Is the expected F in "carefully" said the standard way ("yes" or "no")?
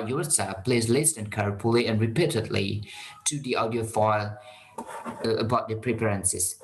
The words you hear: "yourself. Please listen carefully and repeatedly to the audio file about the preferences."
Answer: no